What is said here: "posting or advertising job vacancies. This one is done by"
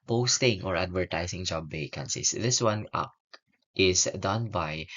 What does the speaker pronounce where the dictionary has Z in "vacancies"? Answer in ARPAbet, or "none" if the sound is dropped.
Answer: S